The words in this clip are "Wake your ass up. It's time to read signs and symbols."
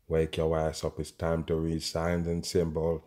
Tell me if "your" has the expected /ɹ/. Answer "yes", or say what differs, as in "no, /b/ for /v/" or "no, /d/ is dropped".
no, /w/ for /ɹ/